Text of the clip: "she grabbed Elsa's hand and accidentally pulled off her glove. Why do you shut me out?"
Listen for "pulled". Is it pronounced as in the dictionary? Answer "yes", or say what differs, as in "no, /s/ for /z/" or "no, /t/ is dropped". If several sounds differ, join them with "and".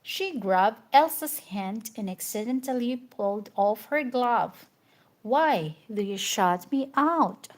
yes